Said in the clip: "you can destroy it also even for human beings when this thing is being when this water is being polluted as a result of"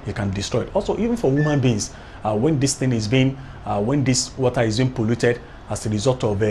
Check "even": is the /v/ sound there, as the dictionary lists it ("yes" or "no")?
yes